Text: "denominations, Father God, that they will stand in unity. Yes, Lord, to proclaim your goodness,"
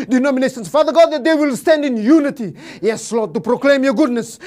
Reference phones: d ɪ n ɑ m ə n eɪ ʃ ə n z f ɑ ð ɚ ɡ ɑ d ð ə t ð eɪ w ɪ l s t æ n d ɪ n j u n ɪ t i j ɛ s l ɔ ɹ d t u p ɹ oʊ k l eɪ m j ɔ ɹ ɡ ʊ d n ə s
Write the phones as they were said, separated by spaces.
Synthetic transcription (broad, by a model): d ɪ n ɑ m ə n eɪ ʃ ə n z f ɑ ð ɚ ɡ ɑ d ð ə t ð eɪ w ɪ l s t æ n d ɪ n j u n ɪ t i j ɛ s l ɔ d t u p ɹ oʊ k l eɪ m j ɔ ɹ ɡ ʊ d n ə s